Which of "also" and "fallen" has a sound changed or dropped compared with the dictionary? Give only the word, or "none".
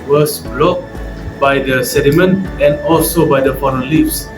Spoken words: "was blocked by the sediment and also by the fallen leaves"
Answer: fallen